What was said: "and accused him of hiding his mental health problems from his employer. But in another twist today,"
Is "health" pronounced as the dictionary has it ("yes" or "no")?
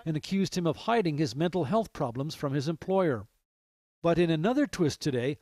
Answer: yes